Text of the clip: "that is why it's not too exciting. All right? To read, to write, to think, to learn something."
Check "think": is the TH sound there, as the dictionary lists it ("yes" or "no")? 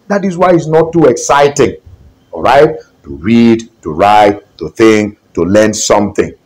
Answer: yes